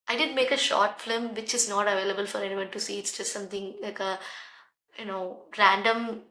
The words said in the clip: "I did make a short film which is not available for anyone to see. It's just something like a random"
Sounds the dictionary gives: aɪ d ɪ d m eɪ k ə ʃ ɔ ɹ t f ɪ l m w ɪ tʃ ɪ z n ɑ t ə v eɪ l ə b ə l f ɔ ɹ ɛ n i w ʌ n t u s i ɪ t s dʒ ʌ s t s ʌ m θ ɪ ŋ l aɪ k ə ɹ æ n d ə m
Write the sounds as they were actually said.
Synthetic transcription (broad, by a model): aɪ d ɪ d m eɪ k ə ʃ ɔ ɹ t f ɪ m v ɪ tʃ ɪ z n ɑ t ə v eɪ l ə b ə l f ɔ ɹ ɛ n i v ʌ n t u s i ɪ t s dʒ ʌ s t s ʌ m t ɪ ŋ l aɪ k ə ɹ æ n d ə m